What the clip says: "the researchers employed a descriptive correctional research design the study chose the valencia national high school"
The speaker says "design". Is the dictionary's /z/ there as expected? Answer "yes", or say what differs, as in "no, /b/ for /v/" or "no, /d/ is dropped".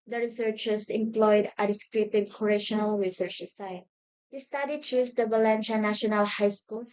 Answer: no, /s/ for /z/